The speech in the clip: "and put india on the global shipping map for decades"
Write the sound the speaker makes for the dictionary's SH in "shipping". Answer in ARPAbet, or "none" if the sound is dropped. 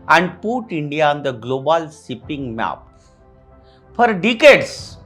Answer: S